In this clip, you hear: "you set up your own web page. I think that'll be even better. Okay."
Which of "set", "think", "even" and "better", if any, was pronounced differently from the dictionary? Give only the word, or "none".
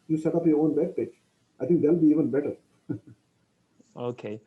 think